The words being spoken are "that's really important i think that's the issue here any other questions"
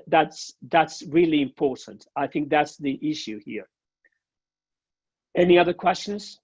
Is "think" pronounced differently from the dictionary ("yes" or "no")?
no